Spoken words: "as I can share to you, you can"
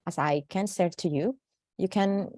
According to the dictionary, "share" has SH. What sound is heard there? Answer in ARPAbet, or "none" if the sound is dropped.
S